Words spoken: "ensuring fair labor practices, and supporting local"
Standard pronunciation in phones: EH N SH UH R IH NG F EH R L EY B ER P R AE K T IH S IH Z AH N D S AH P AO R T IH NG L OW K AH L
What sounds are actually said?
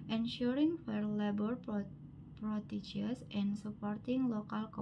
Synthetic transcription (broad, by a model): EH N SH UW R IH NG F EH R L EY B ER P R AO T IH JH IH S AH N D S AH P AO R T IH NG L OW K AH L